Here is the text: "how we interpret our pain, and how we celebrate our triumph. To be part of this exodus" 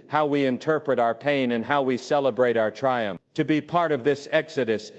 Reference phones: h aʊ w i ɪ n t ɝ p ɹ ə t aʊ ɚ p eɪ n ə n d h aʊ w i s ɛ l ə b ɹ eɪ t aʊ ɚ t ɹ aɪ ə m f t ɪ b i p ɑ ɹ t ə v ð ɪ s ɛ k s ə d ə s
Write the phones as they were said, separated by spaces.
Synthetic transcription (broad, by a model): h aʊ w i ɪ n t ɝ p ɹ ə t aʊ ɚ p eɪ n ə n h aʊ w i s ɛ l ə b ɹ eɪ t aʊ ɚ t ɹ aɪ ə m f t ɪ b i p ɑ ɹ t ə v ð ɪ s ɛ k s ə d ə s